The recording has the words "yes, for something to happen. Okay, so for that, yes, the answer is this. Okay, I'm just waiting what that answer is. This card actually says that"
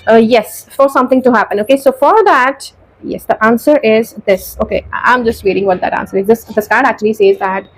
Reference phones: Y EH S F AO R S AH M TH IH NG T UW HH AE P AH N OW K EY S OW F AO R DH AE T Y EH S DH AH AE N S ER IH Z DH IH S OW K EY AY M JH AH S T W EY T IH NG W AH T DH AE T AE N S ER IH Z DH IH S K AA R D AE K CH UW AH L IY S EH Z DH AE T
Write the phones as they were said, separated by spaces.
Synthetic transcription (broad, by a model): Y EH S F AO R S AH M T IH NG T UW HH AE P AH N OW K EY S OW F AO R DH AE T Y EH S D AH AE N S ER IH Z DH IH S OW K EY AY M JH AH S T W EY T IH NG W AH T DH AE T AE N S ER IH Z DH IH S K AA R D AE K CH UW AH L IY S EH Z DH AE T